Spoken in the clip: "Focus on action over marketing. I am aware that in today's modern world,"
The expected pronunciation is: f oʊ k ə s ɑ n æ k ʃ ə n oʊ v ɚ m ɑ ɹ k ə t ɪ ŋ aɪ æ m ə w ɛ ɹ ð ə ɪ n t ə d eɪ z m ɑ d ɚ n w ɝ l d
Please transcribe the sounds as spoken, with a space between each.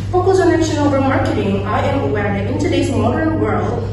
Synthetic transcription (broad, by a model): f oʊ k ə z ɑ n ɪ ʃ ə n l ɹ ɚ m ɑ ɹ k ə t ɪ ŋ aɪ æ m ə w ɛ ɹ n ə ɪ n t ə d eɪ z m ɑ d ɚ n w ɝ l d